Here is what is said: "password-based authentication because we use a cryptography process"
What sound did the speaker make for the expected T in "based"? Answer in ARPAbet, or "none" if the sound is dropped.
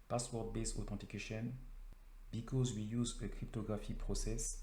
none